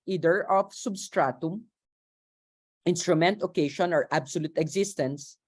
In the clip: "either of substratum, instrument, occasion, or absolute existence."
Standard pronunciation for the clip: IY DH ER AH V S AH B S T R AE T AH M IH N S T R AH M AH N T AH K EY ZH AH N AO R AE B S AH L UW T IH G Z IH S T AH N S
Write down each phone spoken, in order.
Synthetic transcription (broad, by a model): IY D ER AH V S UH B S T R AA T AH M IH N S T R AH M AH N T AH K EY SH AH N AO R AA B S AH L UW T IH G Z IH S T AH N S